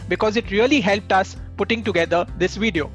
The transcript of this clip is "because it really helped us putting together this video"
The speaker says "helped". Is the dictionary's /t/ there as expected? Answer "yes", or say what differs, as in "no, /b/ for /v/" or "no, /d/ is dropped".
yes